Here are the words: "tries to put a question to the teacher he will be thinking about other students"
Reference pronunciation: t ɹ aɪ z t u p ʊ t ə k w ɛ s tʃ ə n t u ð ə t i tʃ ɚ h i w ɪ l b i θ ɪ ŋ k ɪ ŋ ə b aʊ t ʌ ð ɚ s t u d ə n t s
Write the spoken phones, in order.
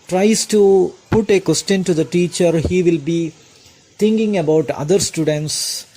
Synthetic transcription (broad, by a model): t ɹ aɪ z t u p ʊ t ə k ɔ s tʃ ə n t u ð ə t i tʃ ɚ h i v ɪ l b i t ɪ ŋ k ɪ ŋ ə b aʊ t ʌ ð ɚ s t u d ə n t s